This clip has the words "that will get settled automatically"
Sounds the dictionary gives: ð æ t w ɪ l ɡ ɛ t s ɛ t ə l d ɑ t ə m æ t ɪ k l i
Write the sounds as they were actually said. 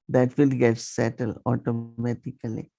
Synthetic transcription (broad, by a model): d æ t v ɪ l ɡ ɛ t s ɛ t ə l ɑ t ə m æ t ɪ k l i